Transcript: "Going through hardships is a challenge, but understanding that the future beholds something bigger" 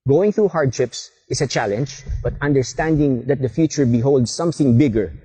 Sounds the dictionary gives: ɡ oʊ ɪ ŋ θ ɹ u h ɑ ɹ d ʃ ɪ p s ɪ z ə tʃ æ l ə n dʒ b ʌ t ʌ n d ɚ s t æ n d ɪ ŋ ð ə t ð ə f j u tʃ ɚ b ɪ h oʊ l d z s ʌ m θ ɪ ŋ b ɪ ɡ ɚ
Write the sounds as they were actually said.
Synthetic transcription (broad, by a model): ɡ oʊ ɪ ŋ θ ɹ u h ɑ ɹ d ʃ ɪ p s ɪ s ə tʃ æ l ə n dʒ b ʌ t ʌ n d ɚ s t æ n d ɪ ŋ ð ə t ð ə f j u tʃ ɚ b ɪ h oʊ l d s ʌ m θ ɪ ŋ b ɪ ɡ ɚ